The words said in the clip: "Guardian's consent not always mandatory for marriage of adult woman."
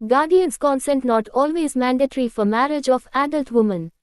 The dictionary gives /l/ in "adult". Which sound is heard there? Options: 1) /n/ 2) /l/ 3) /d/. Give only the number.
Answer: 2